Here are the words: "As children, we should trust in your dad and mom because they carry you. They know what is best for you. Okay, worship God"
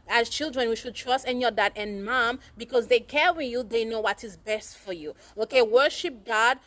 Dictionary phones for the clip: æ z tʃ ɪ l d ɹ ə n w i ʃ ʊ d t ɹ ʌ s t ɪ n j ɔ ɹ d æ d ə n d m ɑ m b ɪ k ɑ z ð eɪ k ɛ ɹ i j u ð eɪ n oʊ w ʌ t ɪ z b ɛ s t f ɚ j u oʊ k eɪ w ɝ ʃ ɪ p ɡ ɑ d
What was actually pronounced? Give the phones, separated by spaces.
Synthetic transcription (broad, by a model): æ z tʃ ɪ l d ɹ ə n w i ʃ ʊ d t ɹ ʌ s t ɪ n j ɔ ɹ d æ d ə n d m ɑ m b ɪ k ɑ z ð eɪ k ɛ ɹ i j u ð eɪ n oʊ w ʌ t ɪ z b ɛ s t f ɚ j u oʊ k eɪ w ɝ ʃ ɪ p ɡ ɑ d